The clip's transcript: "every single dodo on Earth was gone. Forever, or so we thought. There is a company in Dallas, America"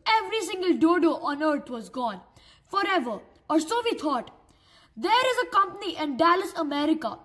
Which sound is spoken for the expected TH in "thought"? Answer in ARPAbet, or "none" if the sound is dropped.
T